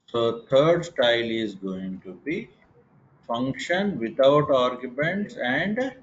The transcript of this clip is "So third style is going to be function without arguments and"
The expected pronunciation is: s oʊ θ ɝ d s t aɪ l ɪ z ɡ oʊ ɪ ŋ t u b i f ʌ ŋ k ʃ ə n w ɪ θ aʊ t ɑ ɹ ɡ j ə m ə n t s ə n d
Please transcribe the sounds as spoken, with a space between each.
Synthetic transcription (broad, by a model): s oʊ t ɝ d s t aɪ l ɪ z ɡ oʊ ɪ ŋ t u b i f ʌ ŋ k ʃ ə n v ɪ t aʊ t ɑ ɹ ɡ j ə m ə n t s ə n d